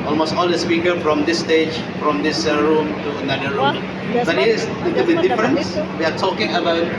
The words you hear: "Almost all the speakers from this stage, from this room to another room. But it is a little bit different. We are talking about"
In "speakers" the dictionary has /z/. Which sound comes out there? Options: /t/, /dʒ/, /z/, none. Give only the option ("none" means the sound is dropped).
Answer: none